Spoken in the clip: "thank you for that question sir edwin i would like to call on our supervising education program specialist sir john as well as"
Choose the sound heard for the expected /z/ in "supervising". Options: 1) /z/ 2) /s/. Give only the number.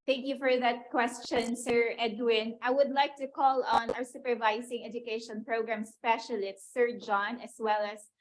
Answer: 2